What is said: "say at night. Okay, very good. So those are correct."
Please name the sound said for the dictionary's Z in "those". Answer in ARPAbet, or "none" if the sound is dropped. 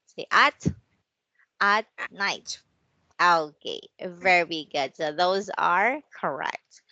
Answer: Z